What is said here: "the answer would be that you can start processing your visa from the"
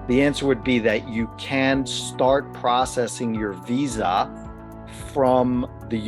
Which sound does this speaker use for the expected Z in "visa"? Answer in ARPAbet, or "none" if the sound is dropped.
Z